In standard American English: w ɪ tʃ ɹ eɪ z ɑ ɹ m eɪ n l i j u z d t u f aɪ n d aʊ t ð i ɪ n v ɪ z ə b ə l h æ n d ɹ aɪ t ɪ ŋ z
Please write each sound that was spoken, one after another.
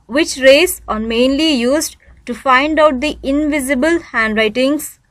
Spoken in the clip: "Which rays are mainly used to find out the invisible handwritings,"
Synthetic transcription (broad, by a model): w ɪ tʃ ɹ eɪ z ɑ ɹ m eɪ n l i j u z d t u f aɪ n d aʊ t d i ɪ n v ɪ z ə b ə l h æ n d ɹ aɪ t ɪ ŋ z